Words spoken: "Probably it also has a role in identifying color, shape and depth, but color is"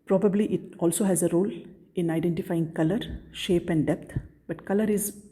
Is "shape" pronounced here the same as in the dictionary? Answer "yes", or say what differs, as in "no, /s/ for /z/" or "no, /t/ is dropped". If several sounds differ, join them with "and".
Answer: yes